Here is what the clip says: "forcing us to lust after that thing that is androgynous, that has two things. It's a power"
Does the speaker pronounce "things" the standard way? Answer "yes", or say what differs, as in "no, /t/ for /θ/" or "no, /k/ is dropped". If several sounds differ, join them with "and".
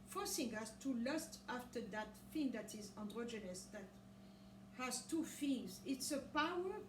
no, /f/ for /θ/